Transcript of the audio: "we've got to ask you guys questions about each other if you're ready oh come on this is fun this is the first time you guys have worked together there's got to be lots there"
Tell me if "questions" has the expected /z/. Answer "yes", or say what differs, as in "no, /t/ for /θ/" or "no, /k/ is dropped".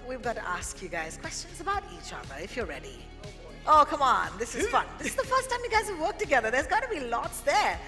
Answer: yes